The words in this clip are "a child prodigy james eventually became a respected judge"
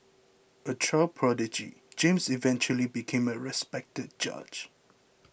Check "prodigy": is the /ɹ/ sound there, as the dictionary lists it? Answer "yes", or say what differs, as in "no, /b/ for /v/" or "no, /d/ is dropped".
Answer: yes